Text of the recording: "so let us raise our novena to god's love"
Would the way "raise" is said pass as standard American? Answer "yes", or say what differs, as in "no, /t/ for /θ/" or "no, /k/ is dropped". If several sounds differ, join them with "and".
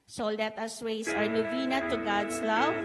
no, /s/ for /z/